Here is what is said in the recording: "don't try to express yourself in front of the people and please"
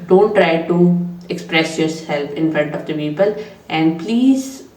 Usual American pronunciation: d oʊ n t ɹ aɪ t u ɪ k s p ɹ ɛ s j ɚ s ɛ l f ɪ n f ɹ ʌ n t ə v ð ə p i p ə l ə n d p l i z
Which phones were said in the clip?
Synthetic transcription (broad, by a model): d oʊ n t ɹ aɪ t u ɪ k s p ɹ ɛ s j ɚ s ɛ l p ɪ n f ɹ ʌ n t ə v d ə p i p ə l ə n d p l i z